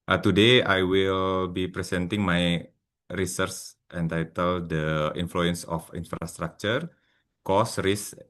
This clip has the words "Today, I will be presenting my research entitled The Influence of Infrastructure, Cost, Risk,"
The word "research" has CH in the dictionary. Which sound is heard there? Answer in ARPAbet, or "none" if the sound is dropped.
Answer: S